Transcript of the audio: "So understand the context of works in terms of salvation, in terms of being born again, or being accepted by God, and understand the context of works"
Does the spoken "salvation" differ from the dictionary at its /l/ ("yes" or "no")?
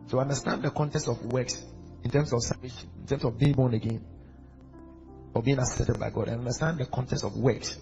yes